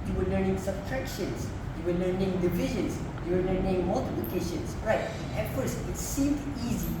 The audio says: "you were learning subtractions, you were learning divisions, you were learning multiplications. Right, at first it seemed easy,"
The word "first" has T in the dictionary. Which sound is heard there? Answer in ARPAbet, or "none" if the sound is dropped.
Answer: none